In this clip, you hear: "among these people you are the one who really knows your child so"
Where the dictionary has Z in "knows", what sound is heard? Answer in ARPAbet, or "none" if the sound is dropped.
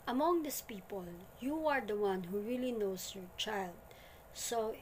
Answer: S